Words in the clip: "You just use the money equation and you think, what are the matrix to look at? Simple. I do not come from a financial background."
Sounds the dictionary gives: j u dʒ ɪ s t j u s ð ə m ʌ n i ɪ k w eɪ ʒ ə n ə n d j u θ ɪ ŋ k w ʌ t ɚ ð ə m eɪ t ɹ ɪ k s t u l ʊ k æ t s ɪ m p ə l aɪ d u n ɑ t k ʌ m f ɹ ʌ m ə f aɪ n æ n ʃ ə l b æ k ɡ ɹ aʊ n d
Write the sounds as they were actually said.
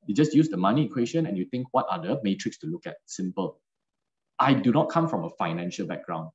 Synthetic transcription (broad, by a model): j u dʒ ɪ s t j u s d ə m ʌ n i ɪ k w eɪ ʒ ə n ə n j u t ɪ ŋ k w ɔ t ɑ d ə m eɪ t ɹ ɪ k s t u l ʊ k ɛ t s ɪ m p ə l aɪ d u n ɑ t k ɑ m f ɹ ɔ m ə f aɪ n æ n ʃ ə l b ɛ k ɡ ɹ aʊ n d